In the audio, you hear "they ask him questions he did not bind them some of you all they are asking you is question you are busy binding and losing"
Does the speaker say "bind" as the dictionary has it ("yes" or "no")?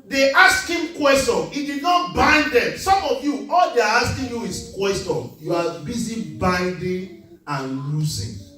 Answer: yes